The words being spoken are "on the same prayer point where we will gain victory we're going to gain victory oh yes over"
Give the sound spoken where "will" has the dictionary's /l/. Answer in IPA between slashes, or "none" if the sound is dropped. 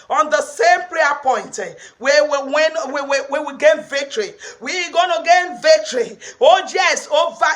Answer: /w/